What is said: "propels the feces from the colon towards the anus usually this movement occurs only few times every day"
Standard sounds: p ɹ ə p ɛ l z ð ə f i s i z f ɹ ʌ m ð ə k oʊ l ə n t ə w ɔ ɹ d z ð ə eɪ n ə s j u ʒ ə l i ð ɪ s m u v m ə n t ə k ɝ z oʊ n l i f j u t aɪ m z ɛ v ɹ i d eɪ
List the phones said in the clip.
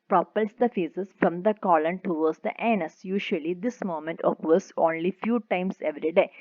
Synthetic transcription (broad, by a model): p ɹ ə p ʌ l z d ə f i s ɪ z f ɹ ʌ m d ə k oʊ l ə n t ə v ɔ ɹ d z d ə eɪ n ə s j u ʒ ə l i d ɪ s m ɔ m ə n t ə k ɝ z oʊ n l i f j u t aɪ m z ɛ v ɹ i d eɪ